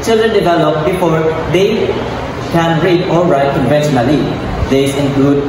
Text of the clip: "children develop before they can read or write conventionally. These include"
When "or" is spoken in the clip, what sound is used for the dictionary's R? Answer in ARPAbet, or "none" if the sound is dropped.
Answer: L